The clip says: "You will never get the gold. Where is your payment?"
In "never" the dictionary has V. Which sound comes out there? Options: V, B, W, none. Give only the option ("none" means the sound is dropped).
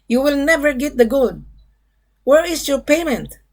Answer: V